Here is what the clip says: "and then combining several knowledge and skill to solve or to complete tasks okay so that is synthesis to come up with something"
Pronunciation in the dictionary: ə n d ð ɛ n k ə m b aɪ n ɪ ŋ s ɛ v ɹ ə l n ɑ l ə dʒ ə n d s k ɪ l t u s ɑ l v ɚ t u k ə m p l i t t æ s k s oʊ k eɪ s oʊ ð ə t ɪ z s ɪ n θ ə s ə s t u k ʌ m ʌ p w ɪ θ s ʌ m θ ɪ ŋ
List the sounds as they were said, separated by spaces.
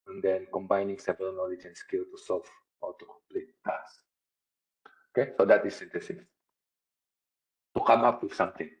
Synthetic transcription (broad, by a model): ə n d ɛ n k ə m b aɪ n ɪ ŋ s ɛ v ə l n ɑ l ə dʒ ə n s k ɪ l t u s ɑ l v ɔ t u k ə m p l i t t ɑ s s oʊ k eɪ s oʊ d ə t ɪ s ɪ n t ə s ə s t u k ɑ m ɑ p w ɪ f s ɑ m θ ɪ ŋ